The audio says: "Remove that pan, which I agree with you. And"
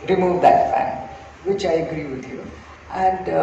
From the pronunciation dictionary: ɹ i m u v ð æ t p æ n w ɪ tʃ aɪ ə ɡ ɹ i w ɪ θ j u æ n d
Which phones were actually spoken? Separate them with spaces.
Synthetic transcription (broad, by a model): ɹ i m u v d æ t f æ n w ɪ tʃ aɪ ə ɡ ɹ i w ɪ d j u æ n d